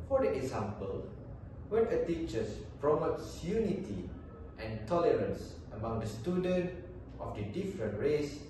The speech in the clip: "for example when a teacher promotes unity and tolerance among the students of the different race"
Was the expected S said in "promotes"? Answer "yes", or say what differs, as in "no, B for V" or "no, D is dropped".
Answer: yes